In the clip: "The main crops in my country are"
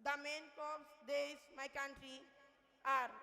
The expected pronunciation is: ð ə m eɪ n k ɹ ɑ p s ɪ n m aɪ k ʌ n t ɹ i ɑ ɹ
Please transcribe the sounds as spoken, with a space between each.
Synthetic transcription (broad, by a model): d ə m eɪ n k ɑ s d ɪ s m aɪ k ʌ n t ɹ i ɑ ɹ